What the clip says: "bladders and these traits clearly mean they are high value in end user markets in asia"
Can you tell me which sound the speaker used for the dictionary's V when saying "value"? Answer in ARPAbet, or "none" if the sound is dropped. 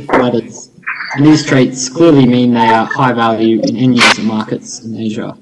V